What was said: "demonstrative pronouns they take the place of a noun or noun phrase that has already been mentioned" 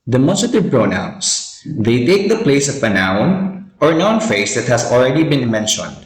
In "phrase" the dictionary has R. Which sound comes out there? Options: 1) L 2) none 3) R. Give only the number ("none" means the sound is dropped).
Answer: 2